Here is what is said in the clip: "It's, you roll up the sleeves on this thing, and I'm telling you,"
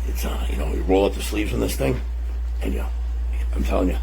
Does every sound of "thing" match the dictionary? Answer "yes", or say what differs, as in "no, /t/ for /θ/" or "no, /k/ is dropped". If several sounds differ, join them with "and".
yes